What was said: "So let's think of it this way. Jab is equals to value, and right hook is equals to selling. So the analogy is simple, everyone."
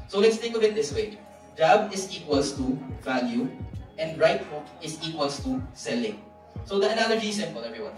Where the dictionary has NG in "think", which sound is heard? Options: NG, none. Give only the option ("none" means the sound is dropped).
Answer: none